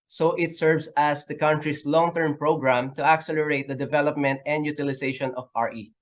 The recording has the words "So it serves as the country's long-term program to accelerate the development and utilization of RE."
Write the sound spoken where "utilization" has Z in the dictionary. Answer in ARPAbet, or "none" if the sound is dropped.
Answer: S